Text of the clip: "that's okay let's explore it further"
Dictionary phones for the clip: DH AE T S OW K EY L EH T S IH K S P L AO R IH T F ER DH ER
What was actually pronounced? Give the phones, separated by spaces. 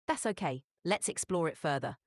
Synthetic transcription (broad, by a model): DH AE T S OW K EY L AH T S IH K S P L AO R IH T F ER DH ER